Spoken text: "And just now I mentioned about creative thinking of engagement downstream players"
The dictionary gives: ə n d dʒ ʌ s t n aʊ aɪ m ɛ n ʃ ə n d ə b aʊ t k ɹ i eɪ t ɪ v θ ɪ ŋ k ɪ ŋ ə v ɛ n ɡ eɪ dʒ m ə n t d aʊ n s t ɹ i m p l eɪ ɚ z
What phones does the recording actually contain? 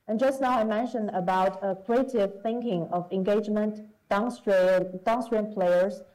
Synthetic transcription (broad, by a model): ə n dʒ ʌ s t n aʊ aɪ m ɛ n ʃ ə n d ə b aʊ t k ɹ i eɪ t ɪ v θ ɪ ŋ k ɪ ŋ ə v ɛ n ɡ eɪ dʒ m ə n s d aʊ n s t ɹ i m p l eɪ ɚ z